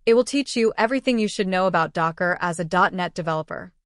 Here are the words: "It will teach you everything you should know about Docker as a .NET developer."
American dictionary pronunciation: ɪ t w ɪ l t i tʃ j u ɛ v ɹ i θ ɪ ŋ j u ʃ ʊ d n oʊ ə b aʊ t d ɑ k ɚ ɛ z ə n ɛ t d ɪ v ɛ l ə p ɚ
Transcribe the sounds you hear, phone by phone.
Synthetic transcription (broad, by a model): ɪ t w ɪ l t i tʃ j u ɛ v ɹ i θ ɪ ŋ j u ʃ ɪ d n oʊ ə b aʊ t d ɑ k ɚ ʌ z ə n ɛ t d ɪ v ɛ l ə p ɚ